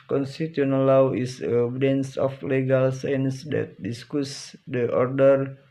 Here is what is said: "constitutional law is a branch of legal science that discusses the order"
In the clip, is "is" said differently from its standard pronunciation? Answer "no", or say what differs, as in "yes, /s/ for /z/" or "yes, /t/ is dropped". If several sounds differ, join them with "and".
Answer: yes, /s/ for /z/